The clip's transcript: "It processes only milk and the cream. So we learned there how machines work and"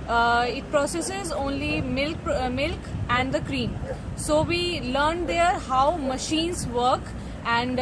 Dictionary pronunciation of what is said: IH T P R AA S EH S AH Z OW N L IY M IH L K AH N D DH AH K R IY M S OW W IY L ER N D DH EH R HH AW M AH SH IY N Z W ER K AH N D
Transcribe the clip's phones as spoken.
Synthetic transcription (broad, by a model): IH T P R AA S EH S AH Z OW N L IY M IH L K AH N D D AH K R IY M S OW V IY L ER N D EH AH R HH AW M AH SH IY N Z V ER K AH N D